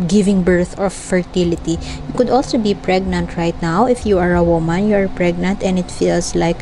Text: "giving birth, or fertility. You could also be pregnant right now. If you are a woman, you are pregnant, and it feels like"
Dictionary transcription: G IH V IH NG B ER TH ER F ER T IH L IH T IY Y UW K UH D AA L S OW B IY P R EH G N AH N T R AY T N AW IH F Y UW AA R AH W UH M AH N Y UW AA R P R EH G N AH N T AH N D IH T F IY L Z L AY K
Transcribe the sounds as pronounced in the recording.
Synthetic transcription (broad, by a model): G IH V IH NG B ER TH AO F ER T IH L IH T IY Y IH K UH D AA L S OW B IY P R EH G N AH N T R AY T N AW IH F Y UW AA R AH W UH M AH N Y UW AA R P R EH G N AH N T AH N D IH T F IY L S L AY K